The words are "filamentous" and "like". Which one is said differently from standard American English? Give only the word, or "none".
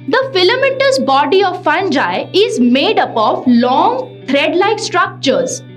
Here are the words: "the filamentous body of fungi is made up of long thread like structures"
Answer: filamentous